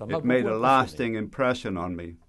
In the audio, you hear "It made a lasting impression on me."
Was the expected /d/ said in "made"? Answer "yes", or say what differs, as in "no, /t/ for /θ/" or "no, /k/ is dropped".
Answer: yes